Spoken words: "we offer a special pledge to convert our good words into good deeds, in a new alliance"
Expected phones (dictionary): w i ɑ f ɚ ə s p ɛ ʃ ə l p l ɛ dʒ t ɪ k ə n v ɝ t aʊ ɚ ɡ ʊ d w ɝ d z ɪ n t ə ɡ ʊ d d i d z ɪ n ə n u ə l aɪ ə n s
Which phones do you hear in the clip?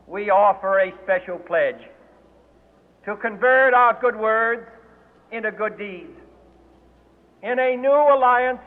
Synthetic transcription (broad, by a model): w i ɑ f ɚ ə s p ɛ ʃ l p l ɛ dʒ t ɪ k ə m v ɝ t aʊ ɚ ɡ ʊ d w ɝ d z ɪ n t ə ɡ ʊ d d i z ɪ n ə n u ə l aɪ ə n s